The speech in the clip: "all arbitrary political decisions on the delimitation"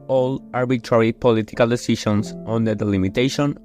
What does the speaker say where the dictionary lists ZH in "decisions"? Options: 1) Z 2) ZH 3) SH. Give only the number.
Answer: 3